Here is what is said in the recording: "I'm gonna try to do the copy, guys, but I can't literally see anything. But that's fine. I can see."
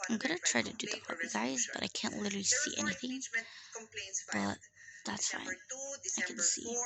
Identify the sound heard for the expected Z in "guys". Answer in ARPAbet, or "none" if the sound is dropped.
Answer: Z